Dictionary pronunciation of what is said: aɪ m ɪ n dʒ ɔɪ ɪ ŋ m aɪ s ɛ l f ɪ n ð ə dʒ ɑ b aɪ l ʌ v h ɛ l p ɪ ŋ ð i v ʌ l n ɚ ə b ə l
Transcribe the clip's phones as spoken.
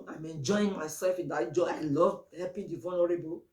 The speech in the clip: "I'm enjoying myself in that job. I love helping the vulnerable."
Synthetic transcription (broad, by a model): aɪ m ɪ n dʒ ɔɪ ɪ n m aɪ s ɛ l f ɪ n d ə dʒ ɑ aɪ l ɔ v h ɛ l p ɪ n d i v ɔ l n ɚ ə b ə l